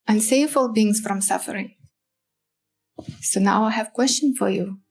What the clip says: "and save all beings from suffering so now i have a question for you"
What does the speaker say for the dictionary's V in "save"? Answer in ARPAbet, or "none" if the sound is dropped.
F